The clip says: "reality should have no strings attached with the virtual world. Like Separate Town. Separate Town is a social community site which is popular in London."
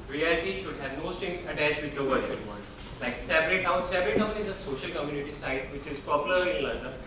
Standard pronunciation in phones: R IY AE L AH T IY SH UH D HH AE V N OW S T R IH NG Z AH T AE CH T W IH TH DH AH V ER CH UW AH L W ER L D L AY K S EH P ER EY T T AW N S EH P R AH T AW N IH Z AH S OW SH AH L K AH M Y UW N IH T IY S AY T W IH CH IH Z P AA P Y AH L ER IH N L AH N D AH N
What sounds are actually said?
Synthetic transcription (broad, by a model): R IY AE L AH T IY SH UH D HH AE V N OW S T IH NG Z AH T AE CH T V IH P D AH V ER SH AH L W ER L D L AY K S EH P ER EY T T AW N S EH P R AH T AW N IH Z AH S OW SH AH L K AH M Y UW N IH T IY S AY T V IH CH IH Z P AA P Y AH L ER IH N L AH N D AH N